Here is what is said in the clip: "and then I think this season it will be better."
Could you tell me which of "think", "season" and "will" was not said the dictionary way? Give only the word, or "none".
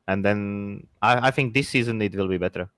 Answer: none